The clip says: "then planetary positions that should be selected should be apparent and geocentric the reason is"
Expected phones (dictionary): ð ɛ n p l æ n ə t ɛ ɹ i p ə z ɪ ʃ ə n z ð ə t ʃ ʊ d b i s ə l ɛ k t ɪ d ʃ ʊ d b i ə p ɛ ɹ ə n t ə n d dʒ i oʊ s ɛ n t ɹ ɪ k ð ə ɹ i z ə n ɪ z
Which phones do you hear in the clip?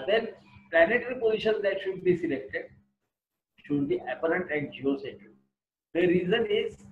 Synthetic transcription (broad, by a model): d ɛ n p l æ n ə t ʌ ɹ i p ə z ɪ ʃ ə n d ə t ʃ ʊ d b i s ə l ɛ k t ɪ d ʃ ʊ d b i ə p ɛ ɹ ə n t ə n d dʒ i oʊ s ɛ t ɪ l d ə ɹ i z ə n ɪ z